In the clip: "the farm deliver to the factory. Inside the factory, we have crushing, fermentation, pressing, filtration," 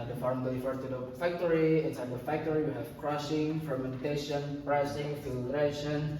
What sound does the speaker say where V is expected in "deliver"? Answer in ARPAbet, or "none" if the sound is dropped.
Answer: F